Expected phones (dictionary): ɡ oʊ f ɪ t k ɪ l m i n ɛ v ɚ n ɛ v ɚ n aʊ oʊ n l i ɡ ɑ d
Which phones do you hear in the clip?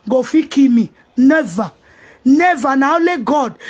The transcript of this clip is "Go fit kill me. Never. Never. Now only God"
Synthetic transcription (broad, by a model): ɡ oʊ f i k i m i n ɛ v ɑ n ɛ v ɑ n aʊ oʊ l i ɡ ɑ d